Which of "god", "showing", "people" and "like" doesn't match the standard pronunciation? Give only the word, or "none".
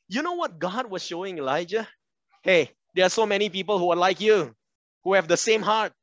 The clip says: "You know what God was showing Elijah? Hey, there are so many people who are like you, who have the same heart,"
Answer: none